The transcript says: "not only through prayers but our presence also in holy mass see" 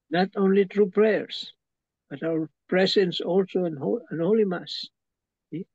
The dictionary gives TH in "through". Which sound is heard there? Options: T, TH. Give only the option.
T